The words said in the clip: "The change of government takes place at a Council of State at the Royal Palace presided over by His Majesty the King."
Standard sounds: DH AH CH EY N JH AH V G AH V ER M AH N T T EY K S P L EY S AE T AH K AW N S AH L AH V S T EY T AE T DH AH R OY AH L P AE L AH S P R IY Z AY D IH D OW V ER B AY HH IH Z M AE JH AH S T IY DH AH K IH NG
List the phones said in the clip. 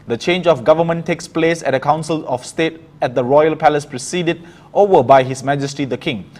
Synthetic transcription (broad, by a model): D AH CH EY N JH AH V G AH V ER M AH N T T EY K S P L EY S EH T AH K AW N S AH L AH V S T EY T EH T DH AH R OY AH L P AE L AH S P R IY S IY D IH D OW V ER B AY HH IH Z M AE JH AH S T IY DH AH K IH NG